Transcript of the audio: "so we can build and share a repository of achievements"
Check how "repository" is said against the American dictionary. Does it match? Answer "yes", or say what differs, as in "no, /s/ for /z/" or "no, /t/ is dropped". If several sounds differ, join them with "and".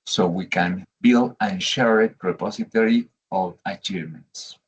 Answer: no, /s/ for /z/